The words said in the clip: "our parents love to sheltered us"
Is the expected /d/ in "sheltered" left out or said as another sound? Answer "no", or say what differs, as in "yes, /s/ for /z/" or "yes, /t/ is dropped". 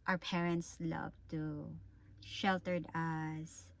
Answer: no